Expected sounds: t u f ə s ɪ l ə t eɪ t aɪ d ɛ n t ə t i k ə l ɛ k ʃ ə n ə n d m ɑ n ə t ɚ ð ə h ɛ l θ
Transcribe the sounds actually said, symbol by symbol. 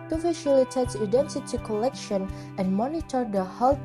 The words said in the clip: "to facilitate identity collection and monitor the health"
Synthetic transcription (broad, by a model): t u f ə ʃ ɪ l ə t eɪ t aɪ d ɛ n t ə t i k ə l ɛ k ʃ ə n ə n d m ɑ n ə t ɚ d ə h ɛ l